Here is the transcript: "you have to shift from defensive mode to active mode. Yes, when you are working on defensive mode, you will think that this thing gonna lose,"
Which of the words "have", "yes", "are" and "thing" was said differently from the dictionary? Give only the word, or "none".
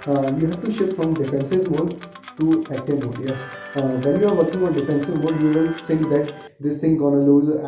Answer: thing